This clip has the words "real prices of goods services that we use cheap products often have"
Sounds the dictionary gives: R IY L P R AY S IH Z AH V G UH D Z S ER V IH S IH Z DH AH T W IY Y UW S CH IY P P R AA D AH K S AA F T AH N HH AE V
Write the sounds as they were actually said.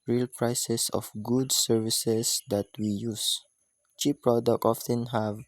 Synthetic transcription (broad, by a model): R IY L P R AY S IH S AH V G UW D S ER V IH S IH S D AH T W IY Y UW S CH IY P P R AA D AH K AA F T AH N HH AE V